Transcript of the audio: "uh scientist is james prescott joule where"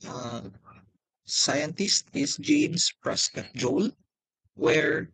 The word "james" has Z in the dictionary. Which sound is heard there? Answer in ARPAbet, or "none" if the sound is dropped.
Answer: S